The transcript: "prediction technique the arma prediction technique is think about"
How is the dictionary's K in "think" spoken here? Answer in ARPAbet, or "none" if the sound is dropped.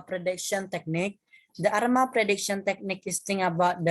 none